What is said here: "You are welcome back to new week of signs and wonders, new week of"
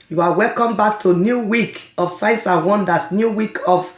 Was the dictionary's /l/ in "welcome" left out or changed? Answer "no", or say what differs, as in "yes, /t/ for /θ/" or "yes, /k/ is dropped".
no